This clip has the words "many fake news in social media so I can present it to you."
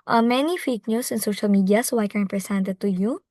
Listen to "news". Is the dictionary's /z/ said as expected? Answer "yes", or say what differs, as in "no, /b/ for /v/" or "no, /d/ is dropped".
no, /s/ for /z/